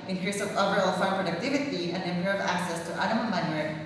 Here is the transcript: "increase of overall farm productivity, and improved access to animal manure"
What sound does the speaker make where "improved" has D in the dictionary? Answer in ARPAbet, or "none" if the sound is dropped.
none